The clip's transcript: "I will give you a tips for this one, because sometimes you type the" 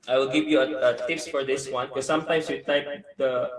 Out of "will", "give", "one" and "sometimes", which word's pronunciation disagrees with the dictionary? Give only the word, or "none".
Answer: sometimes